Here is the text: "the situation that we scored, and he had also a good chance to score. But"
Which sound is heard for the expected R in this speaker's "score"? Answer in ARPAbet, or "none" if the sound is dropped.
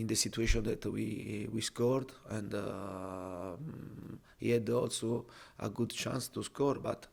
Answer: R